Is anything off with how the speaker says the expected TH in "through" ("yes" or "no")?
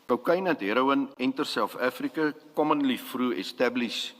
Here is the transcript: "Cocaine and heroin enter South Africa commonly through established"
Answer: yes